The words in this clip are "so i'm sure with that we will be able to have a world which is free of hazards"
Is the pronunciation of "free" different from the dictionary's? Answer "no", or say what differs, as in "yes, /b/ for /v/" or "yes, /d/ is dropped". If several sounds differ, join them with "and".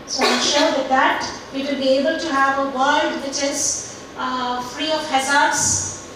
no